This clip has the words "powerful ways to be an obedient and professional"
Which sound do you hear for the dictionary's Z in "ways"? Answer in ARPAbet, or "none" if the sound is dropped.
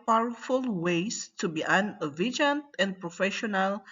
S